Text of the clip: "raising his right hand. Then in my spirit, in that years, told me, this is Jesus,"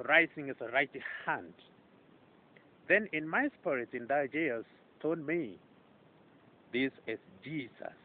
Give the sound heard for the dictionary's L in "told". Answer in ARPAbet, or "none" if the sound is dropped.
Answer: none